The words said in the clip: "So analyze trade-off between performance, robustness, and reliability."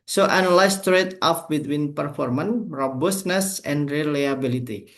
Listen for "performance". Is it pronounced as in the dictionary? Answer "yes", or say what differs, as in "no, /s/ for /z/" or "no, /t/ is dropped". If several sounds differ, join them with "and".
no, /s/ is dropped